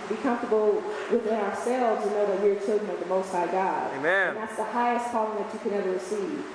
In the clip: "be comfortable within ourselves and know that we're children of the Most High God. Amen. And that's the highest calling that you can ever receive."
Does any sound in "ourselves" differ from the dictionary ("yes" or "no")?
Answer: no